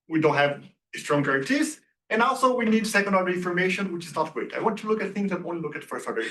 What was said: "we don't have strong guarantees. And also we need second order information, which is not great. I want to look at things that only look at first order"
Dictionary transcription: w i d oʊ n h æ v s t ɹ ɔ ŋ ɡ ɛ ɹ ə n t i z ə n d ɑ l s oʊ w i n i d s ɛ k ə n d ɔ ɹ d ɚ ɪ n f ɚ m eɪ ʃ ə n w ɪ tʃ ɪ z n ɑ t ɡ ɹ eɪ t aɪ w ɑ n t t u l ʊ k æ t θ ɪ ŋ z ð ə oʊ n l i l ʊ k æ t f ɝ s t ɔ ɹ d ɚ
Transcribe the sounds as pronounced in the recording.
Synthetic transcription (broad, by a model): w i d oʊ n h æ v s t ɹ ɔ ŋ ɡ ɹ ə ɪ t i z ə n ɑ l s oʊ w i n i d s ɛ k ə n d ɔ ɹ d ɚ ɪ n f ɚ m eɪ ʃ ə n w ɪ tʃ ɪ z n ɑ t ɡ w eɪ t aɪ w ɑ n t t u l ʊ k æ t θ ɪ ŋ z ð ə oʊ n l i l ʊ k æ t f ɝ s t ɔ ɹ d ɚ